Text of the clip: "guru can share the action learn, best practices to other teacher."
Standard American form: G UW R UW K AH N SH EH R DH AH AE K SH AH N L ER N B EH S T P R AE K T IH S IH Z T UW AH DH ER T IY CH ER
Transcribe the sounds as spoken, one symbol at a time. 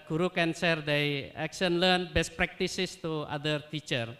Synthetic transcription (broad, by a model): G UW R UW K AH N S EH R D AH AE K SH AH N L ER N B EH S T P R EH K T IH S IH S T UW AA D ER T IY CH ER